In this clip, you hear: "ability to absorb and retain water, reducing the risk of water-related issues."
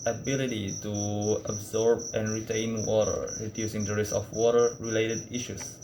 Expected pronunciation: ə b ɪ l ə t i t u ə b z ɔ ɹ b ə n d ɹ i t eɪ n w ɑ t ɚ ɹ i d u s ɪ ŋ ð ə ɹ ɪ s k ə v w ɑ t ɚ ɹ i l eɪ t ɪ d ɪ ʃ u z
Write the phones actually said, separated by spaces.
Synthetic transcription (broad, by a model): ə b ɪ l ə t i t u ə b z ɔ ɹ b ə n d ɹ i t eɪ n w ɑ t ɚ ɹ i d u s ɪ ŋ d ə ɹ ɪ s ə f w ɑ t ɚ ɹ i l eɪ t ɪ d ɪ ʃ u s